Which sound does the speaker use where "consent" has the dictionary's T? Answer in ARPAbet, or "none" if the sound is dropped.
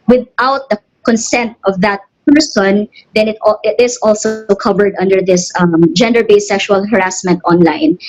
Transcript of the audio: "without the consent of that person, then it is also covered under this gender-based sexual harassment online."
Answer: T